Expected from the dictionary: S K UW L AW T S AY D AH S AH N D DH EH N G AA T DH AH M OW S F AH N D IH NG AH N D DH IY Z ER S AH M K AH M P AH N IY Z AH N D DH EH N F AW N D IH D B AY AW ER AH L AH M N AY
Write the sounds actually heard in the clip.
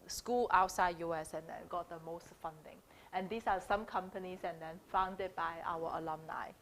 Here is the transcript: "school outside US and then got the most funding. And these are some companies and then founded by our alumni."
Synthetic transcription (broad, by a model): S K UW L AW T S AY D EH S AH N D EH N G AA T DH AH M OW S F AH N D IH NG AH N D IY S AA S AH M K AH M P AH N IY S AH N D EH N F AW N D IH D B AY AW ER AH L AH M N AY